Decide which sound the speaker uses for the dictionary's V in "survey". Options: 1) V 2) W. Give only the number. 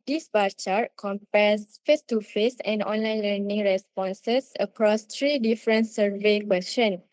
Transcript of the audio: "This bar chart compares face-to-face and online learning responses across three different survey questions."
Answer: 1